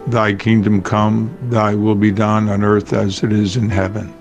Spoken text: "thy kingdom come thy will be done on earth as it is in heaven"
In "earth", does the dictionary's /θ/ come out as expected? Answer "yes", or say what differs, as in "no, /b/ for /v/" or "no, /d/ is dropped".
yes